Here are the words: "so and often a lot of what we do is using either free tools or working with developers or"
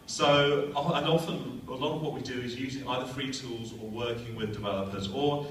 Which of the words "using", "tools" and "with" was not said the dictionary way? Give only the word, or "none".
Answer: none